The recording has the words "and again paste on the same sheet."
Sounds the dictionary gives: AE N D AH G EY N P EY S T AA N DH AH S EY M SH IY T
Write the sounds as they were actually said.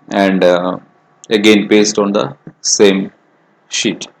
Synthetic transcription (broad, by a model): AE N D AH G EY N P EY S T AA N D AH S EY M SH IY T